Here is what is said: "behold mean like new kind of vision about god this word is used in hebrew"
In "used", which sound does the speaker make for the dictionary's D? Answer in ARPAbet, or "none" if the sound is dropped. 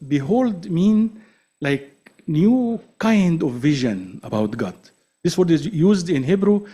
D